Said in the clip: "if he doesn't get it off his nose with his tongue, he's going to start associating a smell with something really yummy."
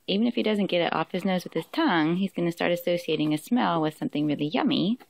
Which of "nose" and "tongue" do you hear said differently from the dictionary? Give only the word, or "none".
none